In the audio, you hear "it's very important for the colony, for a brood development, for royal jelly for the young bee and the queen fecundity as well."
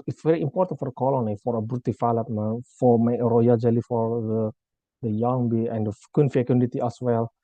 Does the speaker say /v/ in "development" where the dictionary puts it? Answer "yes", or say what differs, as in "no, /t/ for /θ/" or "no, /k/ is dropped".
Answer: no, /f/ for /v/